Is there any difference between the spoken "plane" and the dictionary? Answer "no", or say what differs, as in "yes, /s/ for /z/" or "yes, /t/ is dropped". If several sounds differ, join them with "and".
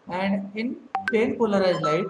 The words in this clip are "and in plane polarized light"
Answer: yes, /l/ is dropped